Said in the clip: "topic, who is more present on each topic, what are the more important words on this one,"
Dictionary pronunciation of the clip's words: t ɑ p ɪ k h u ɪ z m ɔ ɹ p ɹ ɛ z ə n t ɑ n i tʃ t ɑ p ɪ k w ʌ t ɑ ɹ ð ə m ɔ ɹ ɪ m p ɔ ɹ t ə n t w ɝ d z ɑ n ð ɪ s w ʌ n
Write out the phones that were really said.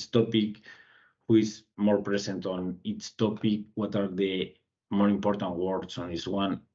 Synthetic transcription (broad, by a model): t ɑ p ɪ k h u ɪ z m ɔ ɹ p ɹ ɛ s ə n t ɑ n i s t ɑ p ɪ k w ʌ t ɑ ɹ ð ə m ɔ ɹ ɪ m p ɔ ɹ t ə n t w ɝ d s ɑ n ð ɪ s w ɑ n